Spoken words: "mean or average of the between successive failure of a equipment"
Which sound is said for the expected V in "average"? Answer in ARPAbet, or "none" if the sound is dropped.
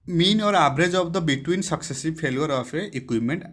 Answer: B